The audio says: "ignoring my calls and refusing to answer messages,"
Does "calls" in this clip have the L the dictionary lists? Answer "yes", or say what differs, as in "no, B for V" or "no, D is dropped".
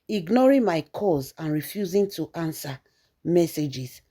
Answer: no, L is dropped